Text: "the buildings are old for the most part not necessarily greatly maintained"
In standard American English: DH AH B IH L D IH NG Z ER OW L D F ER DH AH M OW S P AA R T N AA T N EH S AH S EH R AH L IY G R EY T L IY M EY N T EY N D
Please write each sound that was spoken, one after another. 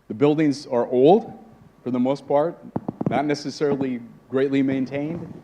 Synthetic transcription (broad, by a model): DH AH B IH L D IH NG Z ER OW L D F ER DH AH M OW S P AA R T N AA T N EH S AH S EH R L IY G R EY T L IY M EY N T EY N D